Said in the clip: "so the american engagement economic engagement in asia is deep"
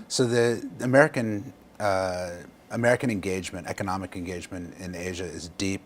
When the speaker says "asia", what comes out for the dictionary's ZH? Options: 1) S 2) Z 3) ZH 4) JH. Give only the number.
3